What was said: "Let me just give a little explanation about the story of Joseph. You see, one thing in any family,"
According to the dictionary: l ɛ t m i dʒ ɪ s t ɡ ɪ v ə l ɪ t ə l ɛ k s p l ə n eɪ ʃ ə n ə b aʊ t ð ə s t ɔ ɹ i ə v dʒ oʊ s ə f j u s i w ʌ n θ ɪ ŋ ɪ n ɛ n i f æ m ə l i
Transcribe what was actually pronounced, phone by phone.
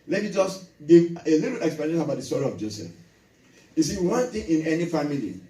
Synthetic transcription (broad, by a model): l ɛ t m i dʒ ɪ s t ɡ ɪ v ə l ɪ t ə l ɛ k s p ə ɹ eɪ ə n ə b aʊ t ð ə s t ɔ ɹ i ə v dʒ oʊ s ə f j u s i w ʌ n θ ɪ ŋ ɪ n ɛ n i f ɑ m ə l i